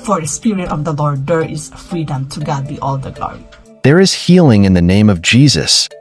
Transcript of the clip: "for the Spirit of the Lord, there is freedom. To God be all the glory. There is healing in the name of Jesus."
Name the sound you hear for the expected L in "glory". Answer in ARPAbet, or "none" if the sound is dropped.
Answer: none